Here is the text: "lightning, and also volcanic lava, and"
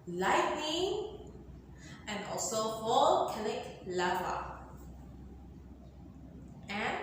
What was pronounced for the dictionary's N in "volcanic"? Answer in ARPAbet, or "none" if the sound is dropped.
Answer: L